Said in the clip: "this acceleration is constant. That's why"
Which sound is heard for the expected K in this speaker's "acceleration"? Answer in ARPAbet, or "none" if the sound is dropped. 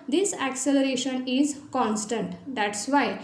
K